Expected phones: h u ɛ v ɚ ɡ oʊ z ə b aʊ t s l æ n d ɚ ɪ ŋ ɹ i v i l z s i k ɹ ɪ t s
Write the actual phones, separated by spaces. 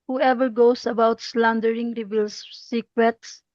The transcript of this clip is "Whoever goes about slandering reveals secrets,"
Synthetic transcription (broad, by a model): h u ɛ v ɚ ɡ oʊ s ə b aʊ t s l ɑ n d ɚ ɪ ŋ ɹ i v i l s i k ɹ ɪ t s